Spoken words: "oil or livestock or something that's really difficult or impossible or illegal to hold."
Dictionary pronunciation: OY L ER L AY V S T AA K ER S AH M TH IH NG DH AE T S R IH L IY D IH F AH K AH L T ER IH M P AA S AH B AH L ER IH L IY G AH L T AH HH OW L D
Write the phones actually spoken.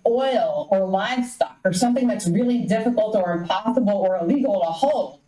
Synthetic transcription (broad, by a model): OY L ER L AY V S T AA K ER S AH M TH IH NG DH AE T S R IH L IY D IH F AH K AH L T ER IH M P AA S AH B L ER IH L IY G L T AH HH OW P